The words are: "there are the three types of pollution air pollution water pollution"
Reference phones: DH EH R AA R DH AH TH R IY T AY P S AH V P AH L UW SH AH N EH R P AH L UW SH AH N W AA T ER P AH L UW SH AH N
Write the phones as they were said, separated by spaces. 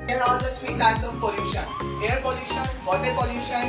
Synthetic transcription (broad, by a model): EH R AA R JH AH T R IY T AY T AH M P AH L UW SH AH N EH R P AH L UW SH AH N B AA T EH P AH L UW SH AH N